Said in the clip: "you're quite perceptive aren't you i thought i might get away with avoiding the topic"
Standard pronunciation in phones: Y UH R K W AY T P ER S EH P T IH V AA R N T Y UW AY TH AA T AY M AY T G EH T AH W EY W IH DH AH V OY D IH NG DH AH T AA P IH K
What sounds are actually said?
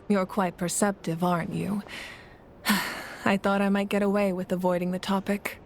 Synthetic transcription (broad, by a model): Y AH R K W AY T P ER S EH P T IH V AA R N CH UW AY TH AA T AY M AY T G EH T AH W EY W IH DH AH V OY D IH NG DH AH T AA P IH K